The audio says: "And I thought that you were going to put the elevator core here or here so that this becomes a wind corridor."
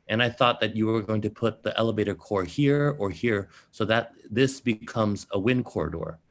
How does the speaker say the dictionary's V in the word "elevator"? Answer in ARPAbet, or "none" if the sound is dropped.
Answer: V